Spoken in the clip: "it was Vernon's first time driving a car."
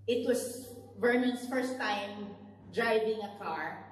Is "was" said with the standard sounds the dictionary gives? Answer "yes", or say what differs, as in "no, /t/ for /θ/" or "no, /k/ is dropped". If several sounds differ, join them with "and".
no, /s/ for /z/